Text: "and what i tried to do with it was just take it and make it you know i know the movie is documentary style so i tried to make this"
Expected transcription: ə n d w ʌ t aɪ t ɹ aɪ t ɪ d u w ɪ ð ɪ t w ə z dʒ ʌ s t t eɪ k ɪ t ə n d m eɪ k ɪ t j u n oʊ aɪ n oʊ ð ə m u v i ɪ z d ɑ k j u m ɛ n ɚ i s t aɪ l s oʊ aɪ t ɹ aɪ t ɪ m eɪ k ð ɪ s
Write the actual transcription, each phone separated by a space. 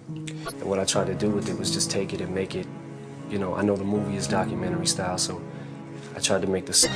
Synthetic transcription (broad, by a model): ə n w ʌ t aɪ t ɹ aɪ t ɪ d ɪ w ɪ ð ɪ t w ə z dʒ ʌ s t t eɪ k ɪ t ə n m eɪ k ɪ t j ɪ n oʊ aɪ n oʊ ð ə m u v i ɪ z d ɑ k j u m ɛ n ɚ i s t aɪ l s oʊ aɪ t ɹ aɪ t ɪ m eɪ k ð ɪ s